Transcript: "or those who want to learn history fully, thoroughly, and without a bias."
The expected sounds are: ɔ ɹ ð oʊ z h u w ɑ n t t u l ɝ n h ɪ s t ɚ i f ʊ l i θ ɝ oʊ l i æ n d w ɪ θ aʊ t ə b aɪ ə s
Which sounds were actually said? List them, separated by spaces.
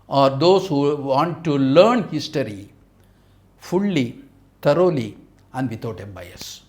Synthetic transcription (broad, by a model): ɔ ɹ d oʊ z h u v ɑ n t t u l ɝ n h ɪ s t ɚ i f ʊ l i t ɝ oʊ l i æ n d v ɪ t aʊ t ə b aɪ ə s